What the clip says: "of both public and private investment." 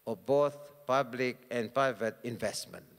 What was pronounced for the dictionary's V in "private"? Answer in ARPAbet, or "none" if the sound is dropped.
V